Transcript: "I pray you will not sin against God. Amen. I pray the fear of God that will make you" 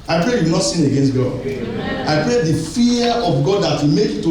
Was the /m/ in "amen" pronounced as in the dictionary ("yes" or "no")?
no